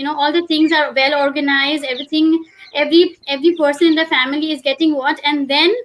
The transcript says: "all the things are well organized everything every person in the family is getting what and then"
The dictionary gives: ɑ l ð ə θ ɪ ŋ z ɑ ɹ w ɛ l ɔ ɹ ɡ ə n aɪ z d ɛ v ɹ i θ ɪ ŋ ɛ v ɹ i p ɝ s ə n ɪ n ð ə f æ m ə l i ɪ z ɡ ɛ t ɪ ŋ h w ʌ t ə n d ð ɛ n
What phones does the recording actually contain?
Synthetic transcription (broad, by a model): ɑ l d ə t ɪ ŋ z ɑ ɹ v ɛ l ɔ ɹ ɡ ə n aɪ z d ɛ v ɹ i t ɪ ŋ ɛ v ɹ i p ɝ s ə n ɪ n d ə f æ m ə l i ɪ z ɡ ɛ t ɪ ŋ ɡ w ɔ t ə n d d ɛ n